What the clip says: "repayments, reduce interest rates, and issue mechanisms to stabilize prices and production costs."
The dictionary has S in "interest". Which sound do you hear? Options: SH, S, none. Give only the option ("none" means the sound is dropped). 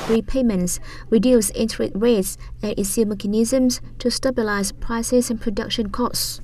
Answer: none